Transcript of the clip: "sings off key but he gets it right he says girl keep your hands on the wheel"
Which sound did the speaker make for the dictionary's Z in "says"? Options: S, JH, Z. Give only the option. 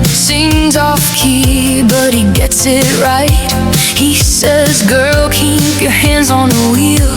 Z